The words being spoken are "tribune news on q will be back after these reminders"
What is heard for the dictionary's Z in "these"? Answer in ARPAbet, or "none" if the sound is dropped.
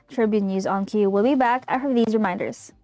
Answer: Z